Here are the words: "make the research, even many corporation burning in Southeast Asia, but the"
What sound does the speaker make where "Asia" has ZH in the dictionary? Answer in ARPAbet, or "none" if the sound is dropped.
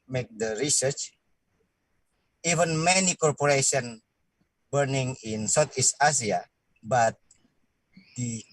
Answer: S